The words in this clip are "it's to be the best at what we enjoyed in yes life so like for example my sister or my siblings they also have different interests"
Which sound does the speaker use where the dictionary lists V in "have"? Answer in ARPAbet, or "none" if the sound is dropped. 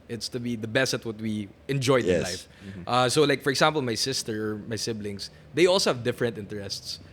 V